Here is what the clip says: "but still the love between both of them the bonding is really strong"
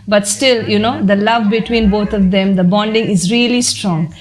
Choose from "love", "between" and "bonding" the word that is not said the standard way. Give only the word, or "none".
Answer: none